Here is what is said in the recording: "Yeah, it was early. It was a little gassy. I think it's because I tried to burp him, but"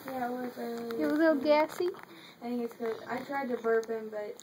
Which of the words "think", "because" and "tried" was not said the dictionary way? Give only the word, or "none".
because